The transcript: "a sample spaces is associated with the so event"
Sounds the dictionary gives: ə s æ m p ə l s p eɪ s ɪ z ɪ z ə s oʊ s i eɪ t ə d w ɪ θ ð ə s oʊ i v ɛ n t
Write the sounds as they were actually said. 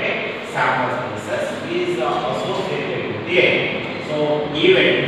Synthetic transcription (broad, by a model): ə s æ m ə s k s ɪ s ɪ z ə s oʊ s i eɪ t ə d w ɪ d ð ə s oʊ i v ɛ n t